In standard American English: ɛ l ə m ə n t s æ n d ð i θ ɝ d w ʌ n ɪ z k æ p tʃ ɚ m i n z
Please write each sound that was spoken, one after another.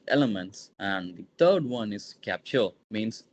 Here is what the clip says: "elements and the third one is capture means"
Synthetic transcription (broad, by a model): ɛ l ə m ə n t s æ n d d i t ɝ d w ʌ n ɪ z k æ p tʃ ɚ m i n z